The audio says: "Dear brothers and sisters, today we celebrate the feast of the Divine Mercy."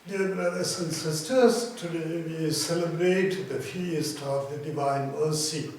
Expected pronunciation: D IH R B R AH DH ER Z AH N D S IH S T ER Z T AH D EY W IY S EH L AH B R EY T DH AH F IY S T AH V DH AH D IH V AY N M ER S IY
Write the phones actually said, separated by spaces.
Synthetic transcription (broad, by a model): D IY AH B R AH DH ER S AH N S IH S T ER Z T AH D EY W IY S EH L AH B R EY T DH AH F IY S T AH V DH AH D IH V AY N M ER S IY